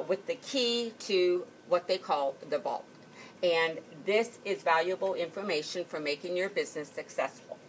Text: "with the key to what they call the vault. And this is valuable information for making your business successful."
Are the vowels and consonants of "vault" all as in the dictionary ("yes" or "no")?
no